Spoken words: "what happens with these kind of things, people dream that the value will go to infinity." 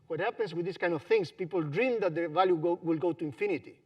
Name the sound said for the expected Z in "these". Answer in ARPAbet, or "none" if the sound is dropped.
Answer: S